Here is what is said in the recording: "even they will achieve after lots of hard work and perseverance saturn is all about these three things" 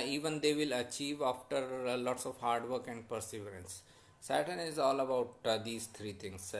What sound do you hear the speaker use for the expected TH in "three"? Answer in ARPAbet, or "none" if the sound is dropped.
T